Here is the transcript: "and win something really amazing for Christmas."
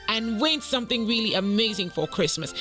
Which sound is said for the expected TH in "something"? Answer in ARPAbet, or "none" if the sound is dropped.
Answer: TH